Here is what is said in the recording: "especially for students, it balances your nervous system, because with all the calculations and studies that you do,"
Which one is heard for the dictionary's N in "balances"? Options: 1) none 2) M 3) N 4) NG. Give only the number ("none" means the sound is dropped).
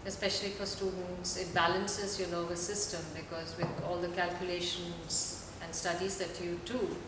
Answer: 3